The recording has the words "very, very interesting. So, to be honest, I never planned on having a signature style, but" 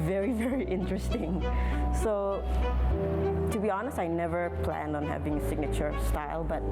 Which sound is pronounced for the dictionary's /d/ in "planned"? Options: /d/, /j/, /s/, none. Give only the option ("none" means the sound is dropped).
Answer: /d/